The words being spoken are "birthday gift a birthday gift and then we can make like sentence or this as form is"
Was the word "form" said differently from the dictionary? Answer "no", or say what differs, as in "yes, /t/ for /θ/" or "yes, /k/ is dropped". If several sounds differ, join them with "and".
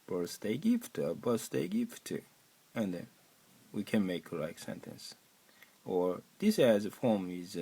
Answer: no